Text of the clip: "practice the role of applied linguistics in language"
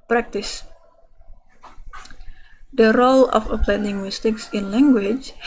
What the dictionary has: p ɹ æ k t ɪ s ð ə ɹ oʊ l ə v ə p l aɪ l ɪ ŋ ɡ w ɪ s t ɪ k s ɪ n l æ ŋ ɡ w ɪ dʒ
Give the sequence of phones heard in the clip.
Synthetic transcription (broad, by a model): p ɹ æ k t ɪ s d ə ɹ oʊ l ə f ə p l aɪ n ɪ ŋ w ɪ s t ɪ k s ɪ n l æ ŋ ɡ w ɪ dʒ